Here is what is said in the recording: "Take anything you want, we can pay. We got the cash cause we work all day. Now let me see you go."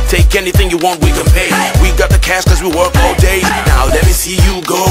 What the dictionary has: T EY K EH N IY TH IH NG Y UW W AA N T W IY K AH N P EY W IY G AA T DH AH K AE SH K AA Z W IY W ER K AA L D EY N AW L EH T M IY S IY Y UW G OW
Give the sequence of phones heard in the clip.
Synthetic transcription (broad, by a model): T EY K EH N IY TH IH NG Y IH W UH N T W IY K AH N P EY W IY G AA T DH AH K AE S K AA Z W IY W ER K AA L D EY N AW L EH T M IY S IY Y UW G OW